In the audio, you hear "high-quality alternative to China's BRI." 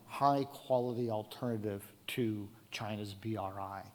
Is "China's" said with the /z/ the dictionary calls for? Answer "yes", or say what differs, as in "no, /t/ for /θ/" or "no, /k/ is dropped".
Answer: yes